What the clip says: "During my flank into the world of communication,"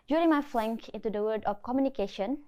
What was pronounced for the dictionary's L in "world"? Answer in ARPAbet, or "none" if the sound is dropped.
none